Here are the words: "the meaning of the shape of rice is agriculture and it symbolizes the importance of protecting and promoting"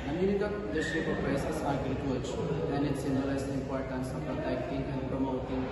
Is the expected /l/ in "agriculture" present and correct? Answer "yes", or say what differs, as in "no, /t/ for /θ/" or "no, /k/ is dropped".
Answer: no, /l/ is dropped